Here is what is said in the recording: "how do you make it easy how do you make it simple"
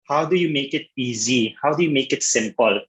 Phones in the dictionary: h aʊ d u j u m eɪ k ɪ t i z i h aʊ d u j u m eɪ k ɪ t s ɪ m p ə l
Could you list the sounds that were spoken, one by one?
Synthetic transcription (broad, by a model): h aʊ d u j u m eɪ k ɪ t i z i h aʊ d u j u m eɪ k ɪ t s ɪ m p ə l